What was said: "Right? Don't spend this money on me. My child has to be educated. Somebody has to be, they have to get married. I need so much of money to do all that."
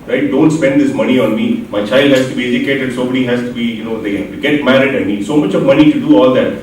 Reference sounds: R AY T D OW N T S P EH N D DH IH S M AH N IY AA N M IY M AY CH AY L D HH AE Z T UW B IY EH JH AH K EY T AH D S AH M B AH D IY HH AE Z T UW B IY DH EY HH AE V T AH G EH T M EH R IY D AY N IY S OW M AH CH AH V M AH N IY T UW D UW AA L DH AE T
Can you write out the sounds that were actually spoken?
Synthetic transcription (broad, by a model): R AY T D OW N T S P EH N D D IH S M AH N IY AA N M IY M AY CH AY L D HH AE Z T UW B IY EH JH AH K EY T AH D S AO B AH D IY HH AE Z T UW B IY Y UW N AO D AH G EH T M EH R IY D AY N IY S OW M AH CH AH V M AH N IY T UW D UW AA L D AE T